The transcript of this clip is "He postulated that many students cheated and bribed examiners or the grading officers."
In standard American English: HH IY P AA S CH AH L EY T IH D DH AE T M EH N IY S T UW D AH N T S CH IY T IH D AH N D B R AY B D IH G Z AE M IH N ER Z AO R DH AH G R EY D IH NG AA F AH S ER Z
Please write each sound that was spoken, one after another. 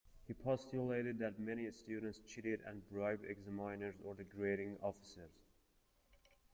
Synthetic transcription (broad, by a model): HH IY P AA S CH AH L EY T IH D DH AE T M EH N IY S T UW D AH N T S CH IY T IH D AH N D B R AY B IH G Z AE M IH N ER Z AO R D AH G R EY D IH NG AA F AH S ER Z